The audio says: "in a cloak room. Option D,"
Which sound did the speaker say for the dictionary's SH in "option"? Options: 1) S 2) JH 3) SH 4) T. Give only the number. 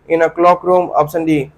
1